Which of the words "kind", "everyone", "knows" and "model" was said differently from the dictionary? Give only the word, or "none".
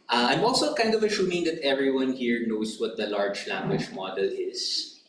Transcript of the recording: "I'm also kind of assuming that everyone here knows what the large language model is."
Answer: knows